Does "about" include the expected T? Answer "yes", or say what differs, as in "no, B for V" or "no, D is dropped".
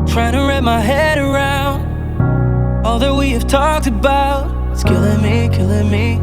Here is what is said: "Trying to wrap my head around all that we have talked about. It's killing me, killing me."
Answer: no, T is dropped